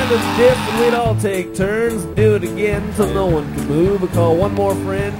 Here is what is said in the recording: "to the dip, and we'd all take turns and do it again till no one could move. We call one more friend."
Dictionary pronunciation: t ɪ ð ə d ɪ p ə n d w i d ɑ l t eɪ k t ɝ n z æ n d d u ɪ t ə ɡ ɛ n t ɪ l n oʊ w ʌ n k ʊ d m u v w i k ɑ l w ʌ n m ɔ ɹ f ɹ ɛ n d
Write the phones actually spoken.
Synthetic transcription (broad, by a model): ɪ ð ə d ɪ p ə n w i d ɑ l t eɪ k t ɝ n z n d d ɪ t ə ɡ ɛ n s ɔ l n oʊ w ʌ n k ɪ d m u v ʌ k ɑ l w ʌ n m ɔ ɹ f ɹ ɛ n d